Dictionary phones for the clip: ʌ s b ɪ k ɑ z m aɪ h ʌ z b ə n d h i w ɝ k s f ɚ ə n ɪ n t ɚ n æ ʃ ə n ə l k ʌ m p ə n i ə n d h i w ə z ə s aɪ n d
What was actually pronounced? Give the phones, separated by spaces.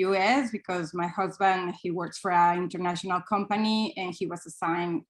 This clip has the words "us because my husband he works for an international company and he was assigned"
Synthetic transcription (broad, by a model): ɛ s b ɪ k ɑ z m aɪ h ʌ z b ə n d h i w ɝ k s f ɚ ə ɪ n t ɚ n æ ʃ ə n ə l k ʌ m p ə n i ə n h i w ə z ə s aɪ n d